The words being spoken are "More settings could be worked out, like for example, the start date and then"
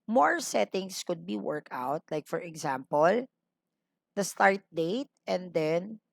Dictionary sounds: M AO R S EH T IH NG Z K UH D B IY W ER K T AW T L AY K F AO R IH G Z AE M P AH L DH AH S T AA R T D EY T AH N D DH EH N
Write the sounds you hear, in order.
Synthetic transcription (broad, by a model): M AO R S EH T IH NG S K UH D B IY W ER K AW T L AY K F AO R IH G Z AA M P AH L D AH S T AA R T D EY T AH N D EH N